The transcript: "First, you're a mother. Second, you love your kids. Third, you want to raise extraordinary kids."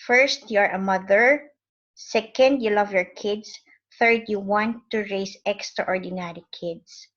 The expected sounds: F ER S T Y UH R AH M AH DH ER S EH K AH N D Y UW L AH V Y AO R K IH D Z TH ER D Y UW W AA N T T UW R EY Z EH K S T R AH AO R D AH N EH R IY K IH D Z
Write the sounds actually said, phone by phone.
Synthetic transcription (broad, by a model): F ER S T Y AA R AH M AH DH ER S EH K AH N D Y UW L AH V Y AO R K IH D S TH ER D Y UW W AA N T T UW R EY S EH K S T R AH AO R D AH N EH R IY K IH D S